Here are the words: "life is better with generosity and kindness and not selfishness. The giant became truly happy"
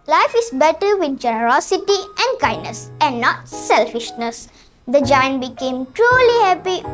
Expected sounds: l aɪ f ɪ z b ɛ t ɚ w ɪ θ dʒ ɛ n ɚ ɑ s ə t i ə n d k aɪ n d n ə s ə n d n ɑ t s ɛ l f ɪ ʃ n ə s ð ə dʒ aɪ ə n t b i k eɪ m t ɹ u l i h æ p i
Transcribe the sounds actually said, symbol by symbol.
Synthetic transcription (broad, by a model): l aɪ f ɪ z b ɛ t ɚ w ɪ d dʒ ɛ n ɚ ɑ s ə t i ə n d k aɪ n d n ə s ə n n ɑ t s ɛ l f ɪ ʃ n ə s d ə dʒ aɪ ə n t b i k eɪ m t ɹ u l i h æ p i